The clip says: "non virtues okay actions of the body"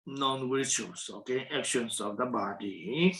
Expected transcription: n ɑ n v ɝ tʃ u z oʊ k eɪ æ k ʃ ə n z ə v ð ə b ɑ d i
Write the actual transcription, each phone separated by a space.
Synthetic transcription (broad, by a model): n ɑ n w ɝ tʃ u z oʊ k eɪ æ k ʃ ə n s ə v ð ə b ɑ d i